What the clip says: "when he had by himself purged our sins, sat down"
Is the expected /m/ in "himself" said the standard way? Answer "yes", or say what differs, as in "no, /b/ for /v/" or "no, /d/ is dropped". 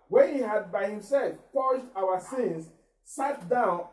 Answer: yes